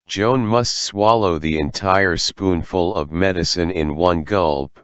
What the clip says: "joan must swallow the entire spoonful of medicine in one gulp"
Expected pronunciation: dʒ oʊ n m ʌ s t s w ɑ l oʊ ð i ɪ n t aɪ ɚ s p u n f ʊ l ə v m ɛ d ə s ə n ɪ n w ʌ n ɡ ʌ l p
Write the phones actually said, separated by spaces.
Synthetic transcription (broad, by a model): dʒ oʊ n m ʌ s t s w ɑ l oʊ ð i ɪ n t aɪ ɚ s p u n f ʊ l ə v m ɛ d ə s ə n ɪ n w ʌ n ɡ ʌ l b